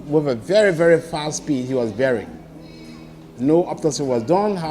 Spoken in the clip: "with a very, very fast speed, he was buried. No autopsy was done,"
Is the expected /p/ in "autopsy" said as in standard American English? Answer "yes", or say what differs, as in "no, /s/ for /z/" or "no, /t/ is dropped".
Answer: no, /p/ is dropped